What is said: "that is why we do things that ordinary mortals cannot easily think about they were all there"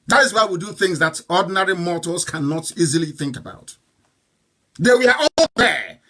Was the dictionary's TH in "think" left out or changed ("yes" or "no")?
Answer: no